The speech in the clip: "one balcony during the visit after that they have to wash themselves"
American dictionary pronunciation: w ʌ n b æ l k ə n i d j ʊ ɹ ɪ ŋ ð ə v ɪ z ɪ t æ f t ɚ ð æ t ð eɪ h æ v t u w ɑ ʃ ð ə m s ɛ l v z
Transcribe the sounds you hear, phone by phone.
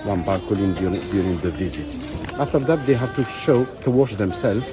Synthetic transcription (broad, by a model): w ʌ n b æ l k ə l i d j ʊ ɹ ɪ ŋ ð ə v ɪ z ɪ t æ f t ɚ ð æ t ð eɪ h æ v t u w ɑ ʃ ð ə m s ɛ l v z